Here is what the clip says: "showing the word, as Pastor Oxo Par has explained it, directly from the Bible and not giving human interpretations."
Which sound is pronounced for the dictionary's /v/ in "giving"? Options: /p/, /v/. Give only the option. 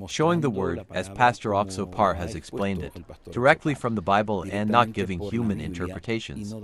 /v/